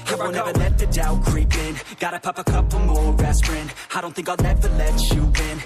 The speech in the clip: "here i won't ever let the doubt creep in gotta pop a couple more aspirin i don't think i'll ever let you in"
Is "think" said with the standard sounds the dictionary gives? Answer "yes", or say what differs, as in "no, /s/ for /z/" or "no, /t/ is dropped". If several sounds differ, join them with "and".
yes